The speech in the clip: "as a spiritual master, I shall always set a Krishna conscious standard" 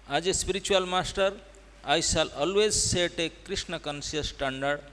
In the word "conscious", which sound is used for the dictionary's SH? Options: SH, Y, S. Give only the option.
S